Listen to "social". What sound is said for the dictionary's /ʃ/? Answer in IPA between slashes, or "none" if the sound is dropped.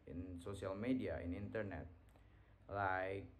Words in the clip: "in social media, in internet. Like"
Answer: /s/